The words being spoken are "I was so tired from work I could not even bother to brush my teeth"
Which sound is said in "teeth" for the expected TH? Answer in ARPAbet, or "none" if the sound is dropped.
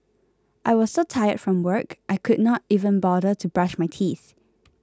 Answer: TH